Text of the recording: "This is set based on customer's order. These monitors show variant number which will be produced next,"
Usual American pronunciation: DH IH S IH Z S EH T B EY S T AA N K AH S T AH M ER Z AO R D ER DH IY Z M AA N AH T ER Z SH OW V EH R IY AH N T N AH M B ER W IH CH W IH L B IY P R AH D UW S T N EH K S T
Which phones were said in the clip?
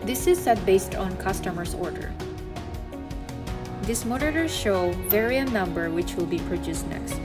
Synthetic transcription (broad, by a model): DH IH S IH Z S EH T B EY S T AA N K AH S T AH M ER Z AO R D ER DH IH S M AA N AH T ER SH OW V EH R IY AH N N AH M B ER W IH CH W IH L B IY P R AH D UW S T N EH K S T